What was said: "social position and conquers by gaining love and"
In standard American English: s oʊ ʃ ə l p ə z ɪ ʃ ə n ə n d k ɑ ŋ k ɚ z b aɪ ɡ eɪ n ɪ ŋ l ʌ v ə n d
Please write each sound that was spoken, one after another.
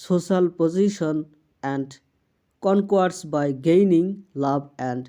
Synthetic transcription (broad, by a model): s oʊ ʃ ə l p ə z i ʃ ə n ə n d k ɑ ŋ k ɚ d b aɪ ɡ eɪ n ɪ ŋ l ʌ b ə n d